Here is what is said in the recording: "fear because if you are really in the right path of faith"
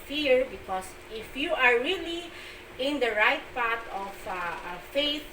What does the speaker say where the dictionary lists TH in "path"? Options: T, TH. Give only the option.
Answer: T